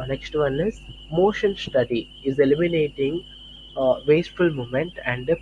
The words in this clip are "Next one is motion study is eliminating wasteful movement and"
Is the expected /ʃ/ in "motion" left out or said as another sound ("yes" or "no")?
no